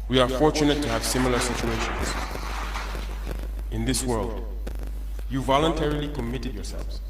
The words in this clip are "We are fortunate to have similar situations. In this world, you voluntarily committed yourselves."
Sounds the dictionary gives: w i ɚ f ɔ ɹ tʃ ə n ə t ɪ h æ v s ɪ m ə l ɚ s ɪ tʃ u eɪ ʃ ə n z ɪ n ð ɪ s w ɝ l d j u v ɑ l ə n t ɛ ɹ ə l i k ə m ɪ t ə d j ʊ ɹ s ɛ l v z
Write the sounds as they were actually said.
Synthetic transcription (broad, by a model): w i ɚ f ɔ ɹ tʃ ə n ə t ɪ h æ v s ɪ m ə l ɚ s ɪ tʃ u eɪ ʃ ə n z ɪ n ð ɪ s w ɝ l d j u v ɑ l ə n t ɛ ɹ ə l i k ə m ɪ t ə d j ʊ ɹ s ɛ l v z